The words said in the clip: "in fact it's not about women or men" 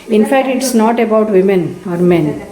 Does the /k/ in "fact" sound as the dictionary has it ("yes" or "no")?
yes